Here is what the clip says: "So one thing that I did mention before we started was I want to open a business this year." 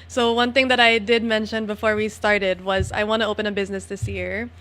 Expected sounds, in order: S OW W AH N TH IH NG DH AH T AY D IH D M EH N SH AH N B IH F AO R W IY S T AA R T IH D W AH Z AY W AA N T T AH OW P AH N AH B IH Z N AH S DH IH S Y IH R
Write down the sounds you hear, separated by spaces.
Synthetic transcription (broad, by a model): S OW W AH N TH IH NG DH AH T AY D IH D M EH N SH AH N B IH F AO R W IY S T AA R T IH D W AH Z AY W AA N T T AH OW P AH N AH B IH Z N AH S DH IH S Y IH R